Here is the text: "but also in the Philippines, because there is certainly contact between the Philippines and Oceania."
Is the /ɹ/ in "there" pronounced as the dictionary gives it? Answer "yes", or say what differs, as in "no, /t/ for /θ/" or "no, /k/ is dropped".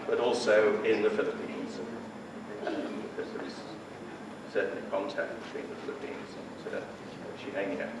no, /w/ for /ɹ/